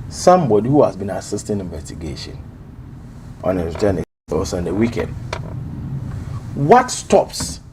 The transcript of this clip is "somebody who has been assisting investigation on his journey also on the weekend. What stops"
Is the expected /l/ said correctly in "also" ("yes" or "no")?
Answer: no